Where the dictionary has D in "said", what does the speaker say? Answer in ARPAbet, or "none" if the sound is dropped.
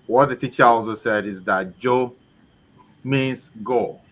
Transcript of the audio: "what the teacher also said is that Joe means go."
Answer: D